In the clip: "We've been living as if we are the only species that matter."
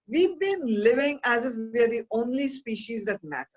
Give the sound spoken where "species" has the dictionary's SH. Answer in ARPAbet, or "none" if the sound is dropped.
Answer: SH